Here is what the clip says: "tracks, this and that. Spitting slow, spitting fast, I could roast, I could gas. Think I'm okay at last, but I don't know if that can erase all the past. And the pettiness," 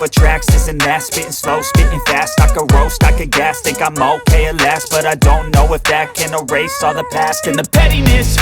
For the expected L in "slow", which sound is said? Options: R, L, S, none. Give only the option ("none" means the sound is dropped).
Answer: L